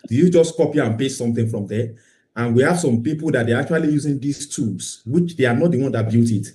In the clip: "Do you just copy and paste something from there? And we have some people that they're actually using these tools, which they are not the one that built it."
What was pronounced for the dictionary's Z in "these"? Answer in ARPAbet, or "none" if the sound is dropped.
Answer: S